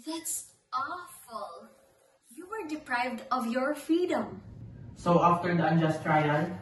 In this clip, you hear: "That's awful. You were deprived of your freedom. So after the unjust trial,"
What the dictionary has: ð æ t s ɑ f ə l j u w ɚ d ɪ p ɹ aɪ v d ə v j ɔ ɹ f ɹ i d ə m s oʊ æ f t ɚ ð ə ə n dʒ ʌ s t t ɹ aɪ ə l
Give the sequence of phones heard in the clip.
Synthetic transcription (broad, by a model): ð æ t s ɑ f ə l j u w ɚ d ɪ p ɹ aɪ v d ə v j ɔ ɹ f ɹ i d ə m s oʊ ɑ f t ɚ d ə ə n dʒ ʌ s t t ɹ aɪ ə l